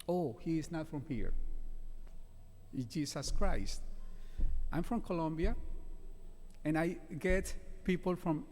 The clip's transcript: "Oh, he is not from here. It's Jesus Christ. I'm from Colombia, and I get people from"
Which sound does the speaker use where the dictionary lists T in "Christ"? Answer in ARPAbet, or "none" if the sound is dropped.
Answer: T